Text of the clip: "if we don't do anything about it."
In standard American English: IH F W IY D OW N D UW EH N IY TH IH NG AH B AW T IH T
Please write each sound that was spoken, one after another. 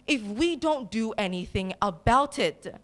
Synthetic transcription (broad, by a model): IH F W IY D OW N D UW EH N IY TH IH NG AH B AW T IH T